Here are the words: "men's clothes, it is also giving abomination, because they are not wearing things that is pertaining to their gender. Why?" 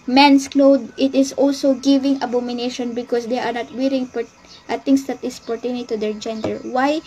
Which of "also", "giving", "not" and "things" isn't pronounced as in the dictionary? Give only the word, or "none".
things